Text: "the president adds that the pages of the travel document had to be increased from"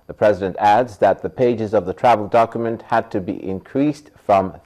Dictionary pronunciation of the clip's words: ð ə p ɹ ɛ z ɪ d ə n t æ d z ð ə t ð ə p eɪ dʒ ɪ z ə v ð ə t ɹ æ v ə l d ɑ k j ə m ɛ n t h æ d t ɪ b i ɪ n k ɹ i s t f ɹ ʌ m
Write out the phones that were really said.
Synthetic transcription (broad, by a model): ð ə p ɹ ɛ z ɪ d ə n t æ d z ð ə t ð ə p eɪ dʒ ɪ z ə v ð ə t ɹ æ v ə l d ɑ k j ə m ɛ n t h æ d t ɪ b i ɪ n k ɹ i s t f ɹ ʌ m